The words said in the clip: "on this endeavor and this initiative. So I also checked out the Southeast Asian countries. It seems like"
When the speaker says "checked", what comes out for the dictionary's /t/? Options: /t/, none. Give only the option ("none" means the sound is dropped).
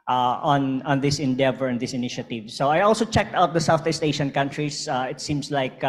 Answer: /t/